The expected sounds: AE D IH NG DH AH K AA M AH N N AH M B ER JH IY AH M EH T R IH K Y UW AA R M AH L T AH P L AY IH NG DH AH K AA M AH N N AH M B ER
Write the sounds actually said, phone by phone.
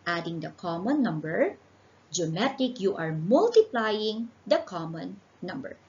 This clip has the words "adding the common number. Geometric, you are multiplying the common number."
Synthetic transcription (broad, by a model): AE D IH NG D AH K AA M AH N N AH M B ER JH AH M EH T IH K Y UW AA R M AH L T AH P L AY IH NG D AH K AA M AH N N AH M B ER